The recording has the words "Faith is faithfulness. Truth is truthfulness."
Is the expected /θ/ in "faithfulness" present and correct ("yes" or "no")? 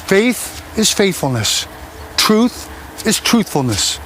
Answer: yes